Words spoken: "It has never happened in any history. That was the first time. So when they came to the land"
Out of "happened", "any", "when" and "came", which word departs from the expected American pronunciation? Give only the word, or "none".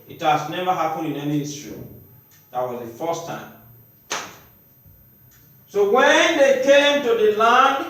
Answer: happened